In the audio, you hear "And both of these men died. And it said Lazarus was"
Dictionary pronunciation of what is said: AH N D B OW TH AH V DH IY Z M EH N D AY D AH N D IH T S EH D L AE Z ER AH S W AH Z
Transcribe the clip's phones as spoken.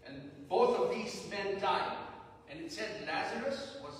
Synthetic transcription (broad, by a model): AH N B OW TH AH V DH IY Z M EH N D AY D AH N IH T S EH D L AE Z ER AH S W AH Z